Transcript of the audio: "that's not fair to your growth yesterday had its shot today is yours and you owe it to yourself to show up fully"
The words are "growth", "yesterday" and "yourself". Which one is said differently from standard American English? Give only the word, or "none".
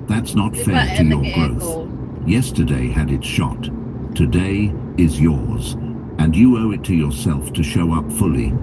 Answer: none